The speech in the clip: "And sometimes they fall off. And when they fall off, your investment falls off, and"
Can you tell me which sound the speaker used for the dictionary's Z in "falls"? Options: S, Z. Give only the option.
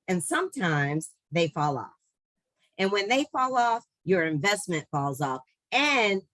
Z